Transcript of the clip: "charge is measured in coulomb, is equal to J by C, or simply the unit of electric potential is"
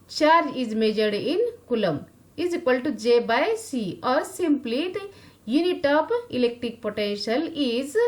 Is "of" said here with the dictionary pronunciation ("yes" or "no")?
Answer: no